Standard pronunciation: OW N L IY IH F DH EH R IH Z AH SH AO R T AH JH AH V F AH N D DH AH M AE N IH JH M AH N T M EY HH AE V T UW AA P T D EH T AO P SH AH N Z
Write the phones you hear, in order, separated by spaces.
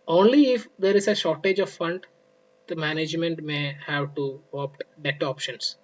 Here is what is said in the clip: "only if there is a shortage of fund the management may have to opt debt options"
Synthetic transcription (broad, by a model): OW N L IY IH F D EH R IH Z AH SH AO R T AH JH AH V F AH N D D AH M AE N IH JH M AH N T M EY HH AE V T UW AA P T D EH T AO P SH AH N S